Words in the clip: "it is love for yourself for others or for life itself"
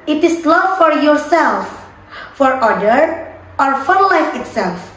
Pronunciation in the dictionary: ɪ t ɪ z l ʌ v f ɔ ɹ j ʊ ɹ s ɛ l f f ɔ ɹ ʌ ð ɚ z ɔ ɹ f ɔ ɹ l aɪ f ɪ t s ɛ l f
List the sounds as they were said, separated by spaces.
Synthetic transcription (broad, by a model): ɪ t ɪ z l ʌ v f ɔ ɹ j ʊ ɹ s ɛ l f f ɔ ɹ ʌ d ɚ ɔ ɹ f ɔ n l aɪ f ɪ t s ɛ l f